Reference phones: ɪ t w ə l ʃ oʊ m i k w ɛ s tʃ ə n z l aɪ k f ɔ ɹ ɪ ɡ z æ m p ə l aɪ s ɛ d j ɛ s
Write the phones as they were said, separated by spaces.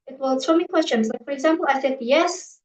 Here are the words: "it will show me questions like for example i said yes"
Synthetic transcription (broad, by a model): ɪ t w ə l s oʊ m i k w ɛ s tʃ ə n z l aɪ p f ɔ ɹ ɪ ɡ z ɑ m p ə l aɪ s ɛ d j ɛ s